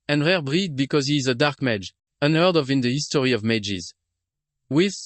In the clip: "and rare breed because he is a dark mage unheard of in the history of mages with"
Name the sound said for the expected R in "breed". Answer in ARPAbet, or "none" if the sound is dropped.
R